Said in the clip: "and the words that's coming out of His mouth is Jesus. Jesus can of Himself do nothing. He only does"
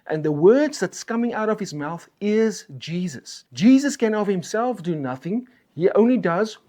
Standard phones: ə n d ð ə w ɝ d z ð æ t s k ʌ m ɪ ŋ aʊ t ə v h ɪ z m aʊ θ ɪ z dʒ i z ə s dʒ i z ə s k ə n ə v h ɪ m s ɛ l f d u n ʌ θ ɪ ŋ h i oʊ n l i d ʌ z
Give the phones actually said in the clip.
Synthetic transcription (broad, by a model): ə n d ð ə w ɝ d z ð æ t s k ʌ m ɪ ŋ aʊ t ə v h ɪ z m aʊ θ ɪ z dʒ i z ə s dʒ i z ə s k ə n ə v h ɪ m s ɛ l f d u n ʌ θ ɪ ŋ h i oʊ n l i d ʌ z